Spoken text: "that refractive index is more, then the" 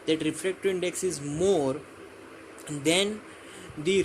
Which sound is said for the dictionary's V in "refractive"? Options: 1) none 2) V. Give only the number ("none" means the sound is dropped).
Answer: 1